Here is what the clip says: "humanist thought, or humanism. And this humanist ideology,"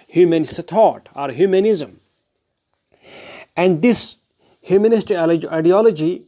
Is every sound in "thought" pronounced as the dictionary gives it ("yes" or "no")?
no